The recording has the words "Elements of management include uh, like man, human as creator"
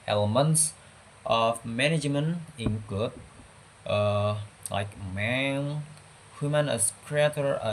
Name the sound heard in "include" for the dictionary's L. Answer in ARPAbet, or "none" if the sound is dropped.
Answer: none